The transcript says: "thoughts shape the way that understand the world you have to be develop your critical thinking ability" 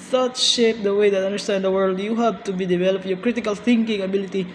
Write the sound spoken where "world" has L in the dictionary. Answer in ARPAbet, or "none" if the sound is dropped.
L